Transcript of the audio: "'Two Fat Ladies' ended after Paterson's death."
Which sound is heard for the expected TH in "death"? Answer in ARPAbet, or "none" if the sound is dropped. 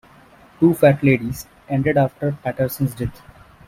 T